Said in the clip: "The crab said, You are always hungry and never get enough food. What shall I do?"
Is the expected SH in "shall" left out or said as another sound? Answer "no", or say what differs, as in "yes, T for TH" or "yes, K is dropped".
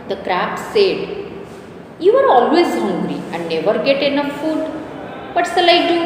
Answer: yes, S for SH